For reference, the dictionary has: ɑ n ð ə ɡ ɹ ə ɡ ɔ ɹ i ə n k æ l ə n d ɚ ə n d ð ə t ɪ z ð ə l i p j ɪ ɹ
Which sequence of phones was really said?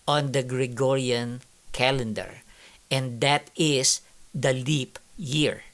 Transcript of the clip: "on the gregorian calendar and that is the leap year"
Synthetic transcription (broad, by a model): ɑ n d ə ɡ ɹ ə ɡ ɔ ɹ i ə n k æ l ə n d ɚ ə n d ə t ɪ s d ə l i p j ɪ ɹ